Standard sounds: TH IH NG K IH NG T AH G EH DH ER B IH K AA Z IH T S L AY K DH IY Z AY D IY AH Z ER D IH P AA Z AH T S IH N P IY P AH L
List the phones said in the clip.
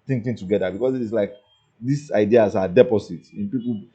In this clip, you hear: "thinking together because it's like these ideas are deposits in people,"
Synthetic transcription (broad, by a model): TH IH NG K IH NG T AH G EH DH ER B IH K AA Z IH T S L AY K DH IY S AY D IY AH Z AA D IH P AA S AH T IH N P IY P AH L